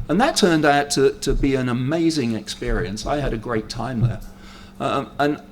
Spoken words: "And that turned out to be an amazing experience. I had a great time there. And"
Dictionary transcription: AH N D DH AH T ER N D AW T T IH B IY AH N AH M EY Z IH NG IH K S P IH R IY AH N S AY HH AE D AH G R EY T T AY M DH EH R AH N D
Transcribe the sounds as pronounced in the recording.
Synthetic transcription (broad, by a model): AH N DH AH T ER N D AW T T IH B IY AH N AH M EY Z IH NG IH K S P IH R IY AH N S AY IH D AH G R EY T T AY M DH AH R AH N